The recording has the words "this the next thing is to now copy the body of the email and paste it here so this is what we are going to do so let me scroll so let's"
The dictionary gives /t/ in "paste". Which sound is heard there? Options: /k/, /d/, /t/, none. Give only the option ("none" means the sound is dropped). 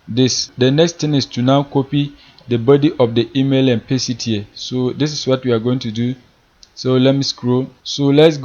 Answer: none